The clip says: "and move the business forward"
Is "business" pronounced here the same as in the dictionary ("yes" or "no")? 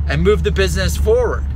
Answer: yes